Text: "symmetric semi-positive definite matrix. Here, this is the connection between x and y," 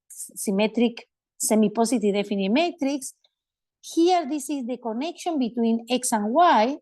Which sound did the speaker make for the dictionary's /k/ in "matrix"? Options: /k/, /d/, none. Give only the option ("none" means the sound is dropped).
/k/